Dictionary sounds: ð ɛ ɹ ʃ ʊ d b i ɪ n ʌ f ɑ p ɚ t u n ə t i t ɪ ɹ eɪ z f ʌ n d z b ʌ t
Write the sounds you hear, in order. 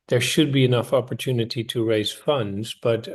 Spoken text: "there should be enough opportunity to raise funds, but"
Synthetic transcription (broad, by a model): ð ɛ ɹ ʃ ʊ d b i ɪ n ʌ f ɑ p ɚ t u n ə t i t ɪ ɹ eɪ z f ʌ n d z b ʌ t